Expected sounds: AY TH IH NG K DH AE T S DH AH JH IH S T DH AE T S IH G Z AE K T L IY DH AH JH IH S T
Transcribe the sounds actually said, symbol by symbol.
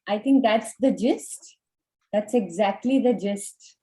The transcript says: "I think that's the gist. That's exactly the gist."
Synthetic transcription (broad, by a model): AY T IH NG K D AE T S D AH JH IH S T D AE T S IH G Z AE K T L IY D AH JH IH S T